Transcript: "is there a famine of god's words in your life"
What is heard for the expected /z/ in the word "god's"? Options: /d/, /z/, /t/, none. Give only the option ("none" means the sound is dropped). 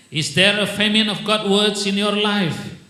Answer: none